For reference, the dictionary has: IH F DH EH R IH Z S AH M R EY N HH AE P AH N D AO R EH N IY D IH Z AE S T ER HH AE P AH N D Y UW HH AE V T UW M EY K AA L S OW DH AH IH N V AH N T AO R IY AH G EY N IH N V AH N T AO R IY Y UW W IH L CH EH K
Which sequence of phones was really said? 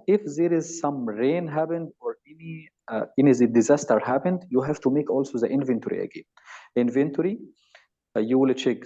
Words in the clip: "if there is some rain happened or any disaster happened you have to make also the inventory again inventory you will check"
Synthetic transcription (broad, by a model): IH F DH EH R IH Z S AH M R EY N HH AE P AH N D AO R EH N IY D IH Z AE S T ER HH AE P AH N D Y UW HH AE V T UW M EY K AA L S OW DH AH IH N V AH N T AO R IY AH G EY N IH N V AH N T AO R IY Y UW W IH L CH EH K